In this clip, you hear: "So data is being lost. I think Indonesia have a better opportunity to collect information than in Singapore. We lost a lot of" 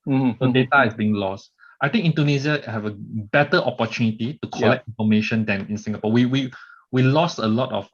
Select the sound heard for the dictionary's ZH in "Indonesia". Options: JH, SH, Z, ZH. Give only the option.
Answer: Z